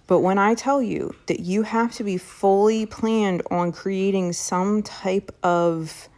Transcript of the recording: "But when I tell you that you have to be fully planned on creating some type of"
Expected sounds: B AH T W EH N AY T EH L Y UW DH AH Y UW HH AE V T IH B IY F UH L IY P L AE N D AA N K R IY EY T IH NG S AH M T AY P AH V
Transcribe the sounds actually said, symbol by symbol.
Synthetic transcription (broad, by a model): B AH T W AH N AY T EH L Y UW DH AH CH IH HH AE F T IH B IY F UH L IY P L AE N D N K R IY EY T IH NG S AH M T AY P AH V